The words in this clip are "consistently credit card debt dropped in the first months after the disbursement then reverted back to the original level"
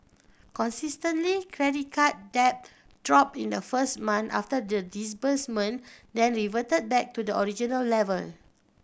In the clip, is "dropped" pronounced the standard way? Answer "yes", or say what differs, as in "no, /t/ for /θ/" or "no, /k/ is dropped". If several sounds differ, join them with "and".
no, /t/ is dropped